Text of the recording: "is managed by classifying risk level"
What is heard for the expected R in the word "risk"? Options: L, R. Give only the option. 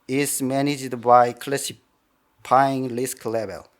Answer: L